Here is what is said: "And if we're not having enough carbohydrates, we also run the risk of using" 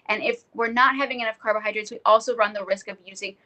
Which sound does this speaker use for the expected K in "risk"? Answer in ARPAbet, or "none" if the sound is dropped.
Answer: K